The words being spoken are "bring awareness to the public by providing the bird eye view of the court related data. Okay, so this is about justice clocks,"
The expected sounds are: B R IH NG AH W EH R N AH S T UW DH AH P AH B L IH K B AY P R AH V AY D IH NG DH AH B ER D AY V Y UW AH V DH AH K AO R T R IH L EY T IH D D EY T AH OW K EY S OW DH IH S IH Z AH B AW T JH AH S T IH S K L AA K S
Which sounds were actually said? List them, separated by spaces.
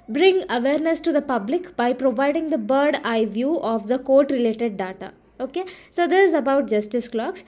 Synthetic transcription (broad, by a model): B R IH NG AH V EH R N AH S T UW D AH P AH B L IH K B AY P R AH V AY D IH NG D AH B ER D AY V Y UW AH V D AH K AO R T R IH L EY T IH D D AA T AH OW K EY S OW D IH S IH Z AH B AW T JH AH S T IH S K L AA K S